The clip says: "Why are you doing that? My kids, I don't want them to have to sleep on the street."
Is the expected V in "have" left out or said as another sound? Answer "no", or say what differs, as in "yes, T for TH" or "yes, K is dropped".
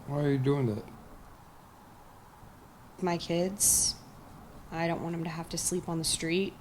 yes, F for V